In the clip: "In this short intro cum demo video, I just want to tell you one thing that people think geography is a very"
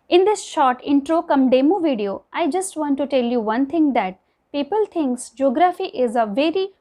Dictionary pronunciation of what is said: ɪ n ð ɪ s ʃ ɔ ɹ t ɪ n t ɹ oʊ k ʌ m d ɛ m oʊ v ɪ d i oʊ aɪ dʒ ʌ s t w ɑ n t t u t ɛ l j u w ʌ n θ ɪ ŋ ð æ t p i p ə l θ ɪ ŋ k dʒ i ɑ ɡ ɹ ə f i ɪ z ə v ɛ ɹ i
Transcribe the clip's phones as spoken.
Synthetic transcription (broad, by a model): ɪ n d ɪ s ʃ ɔ ɹ t ɪ n t ɹ oʊ k ʌ m d ɛ m oʊ v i d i oʊ aɪ dʒ ʌ s t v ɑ n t t u t ɛ l j u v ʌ n t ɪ ŋ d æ t p i p ə l t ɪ ŋ k dʒ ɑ ɡ ɹ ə f i ɪ z ə v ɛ ɹ i